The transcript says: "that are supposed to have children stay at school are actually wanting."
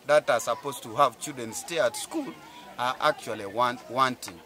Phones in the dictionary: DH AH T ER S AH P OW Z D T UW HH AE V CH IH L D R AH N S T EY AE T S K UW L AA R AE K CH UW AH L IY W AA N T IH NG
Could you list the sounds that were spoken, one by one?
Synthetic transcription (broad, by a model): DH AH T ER S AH P OW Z T UW HH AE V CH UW D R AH N S T EY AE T S K UW L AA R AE K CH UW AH L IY W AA N T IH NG